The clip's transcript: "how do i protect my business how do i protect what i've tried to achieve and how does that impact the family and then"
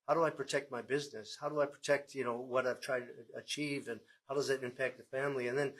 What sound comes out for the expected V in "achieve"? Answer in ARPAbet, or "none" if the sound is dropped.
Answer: V